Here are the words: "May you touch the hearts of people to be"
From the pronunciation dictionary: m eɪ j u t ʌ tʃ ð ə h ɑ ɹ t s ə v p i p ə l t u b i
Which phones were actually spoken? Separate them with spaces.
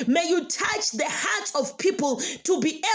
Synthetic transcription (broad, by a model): m eɪ j u t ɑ tʃ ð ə h ɑ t ə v p i p ə l t u b i